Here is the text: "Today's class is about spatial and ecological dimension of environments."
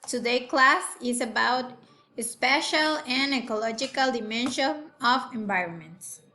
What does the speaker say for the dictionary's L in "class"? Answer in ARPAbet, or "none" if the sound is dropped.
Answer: L